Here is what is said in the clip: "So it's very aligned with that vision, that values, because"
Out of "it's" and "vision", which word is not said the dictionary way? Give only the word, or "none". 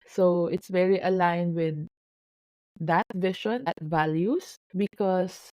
vision